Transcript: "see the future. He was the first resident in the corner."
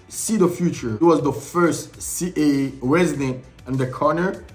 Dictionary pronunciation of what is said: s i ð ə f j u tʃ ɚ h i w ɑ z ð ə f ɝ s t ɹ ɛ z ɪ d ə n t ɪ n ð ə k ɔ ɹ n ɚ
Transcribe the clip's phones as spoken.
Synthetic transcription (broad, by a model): s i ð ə f j u tʃ ɚ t w ɑ z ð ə f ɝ s t ɹ ɛ z ɪ d ə n t ɪ n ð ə k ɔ ɹ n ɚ